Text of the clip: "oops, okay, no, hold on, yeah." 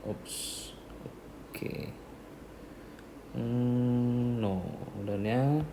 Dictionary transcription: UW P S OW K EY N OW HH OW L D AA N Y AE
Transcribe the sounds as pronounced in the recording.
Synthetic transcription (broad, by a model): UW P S OW K EY N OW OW D AA N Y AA